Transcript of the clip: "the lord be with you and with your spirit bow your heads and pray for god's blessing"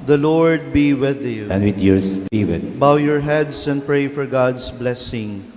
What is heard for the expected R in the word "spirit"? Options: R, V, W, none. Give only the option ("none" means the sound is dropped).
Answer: W